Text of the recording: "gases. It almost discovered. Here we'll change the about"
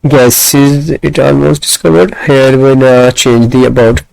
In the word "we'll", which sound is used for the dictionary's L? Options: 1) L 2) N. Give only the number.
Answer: 2